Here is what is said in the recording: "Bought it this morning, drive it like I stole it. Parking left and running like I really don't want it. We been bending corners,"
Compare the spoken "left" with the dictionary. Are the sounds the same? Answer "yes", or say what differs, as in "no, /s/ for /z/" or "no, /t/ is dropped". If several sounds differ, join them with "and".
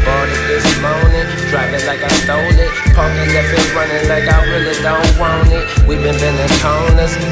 no, /t/ is dropped